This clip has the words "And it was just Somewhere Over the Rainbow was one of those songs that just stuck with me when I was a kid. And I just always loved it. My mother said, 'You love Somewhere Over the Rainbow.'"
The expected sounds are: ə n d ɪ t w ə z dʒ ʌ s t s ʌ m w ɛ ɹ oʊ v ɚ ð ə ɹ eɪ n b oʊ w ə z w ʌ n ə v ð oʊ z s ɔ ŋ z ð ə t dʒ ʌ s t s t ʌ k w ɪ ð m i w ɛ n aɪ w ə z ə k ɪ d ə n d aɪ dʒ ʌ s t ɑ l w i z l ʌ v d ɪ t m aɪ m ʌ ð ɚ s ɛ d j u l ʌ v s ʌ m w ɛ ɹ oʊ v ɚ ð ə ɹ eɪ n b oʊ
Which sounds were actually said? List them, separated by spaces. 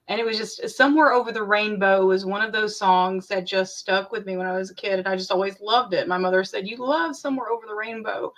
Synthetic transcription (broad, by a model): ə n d ɪ t w ə z dʒ ʌ s t s ʌ m w ɛ ɹ oʊ v ɚ ð ə ɹ eɪ n b oʊ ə z w ʌ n ə v ð oʊ z s ɔ ŋ z ð ə t dʒ ʌ s t s t ʌ k w ɪ ð m i w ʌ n aɪ w ə z ə k ɪ d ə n aɪ dʒ ʌ s t ɑ l w i z l ʌ v d ɪ t m aɪ m ʌ ð ɚ s ɛ d j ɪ l ʌ v s ʌ m w ɛ ɹ oʊ v ɚ ð ə ɹ eɪ n b oʊ